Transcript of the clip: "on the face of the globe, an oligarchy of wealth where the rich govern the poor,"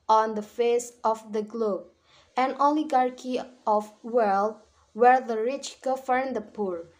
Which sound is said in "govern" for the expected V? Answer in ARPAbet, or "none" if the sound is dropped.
F